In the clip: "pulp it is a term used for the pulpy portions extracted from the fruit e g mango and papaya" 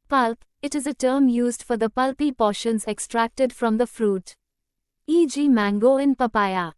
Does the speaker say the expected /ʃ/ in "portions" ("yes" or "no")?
yes